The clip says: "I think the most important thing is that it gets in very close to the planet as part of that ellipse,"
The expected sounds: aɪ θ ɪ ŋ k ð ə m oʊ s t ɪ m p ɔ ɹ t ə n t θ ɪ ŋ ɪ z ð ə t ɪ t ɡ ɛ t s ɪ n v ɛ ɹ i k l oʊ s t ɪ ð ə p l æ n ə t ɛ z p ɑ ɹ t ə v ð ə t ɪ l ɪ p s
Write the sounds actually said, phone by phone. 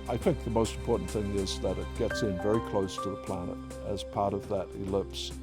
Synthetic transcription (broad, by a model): aɪ θ ɪ ŋ k ð ə m oʊ s t m p ɔ ɹ t n θ ɪ ŋ ɪ z ð ə t ɪ t ɡ ɛ t s ɪ n v ɛ ɹ i k l oʊ s t ɪ ð ə p l æ n ə t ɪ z p ɑ ɹ t ə v ð ə t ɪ l ɪ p s